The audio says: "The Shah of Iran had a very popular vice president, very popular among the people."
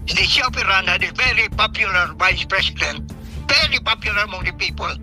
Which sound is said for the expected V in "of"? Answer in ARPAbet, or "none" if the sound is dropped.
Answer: P